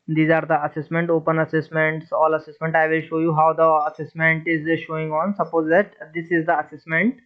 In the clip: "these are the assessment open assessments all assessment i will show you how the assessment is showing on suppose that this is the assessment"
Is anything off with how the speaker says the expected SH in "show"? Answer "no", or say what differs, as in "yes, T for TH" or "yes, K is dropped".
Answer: no